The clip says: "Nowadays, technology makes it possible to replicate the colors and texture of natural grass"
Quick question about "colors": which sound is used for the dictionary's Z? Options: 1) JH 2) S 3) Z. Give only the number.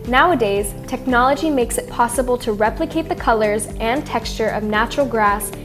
3